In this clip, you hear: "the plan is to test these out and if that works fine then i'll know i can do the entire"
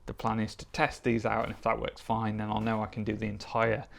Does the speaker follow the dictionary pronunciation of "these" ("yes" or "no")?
yes